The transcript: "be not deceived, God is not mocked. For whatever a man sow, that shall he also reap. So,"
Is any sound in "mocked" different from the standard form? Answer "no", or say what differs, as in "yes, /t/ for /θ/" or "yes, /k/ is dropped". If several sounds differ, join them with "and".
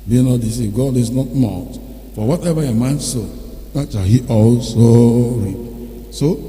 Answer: yes, /k/ is dropped